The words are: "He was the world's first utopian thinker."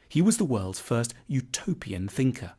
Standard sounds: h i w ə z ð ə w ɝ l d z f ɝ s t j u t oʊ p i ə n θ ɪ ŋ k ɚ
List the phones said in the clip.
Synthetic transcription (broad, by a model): h i w ə z ð ə w ɝ l d z f ɝ s t j u t oʊ p i ə n θ ɪ ŋ k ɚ